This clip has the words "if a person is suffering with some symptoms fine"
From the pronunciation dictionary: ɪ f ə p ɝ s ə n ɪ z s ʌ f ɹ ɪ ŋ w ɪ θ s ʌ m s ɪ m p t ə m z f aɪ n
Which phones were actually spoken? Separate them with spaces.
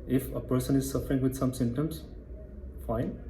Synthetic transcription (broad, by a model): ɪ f ə p ɝ s ə n ɪ z s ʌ f ɹ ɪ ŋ w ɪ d s ʌ m s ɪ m t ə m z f aɪ n